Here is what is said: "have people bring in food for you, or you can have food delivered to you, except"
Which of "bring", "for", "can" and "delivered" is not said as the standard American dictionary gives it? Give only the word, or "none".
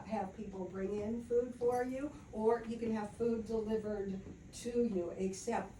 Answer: none